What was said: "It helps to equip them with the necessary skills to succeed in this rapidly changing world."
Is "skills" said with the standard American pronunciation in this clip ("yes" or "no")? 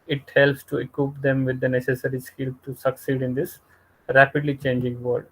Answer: no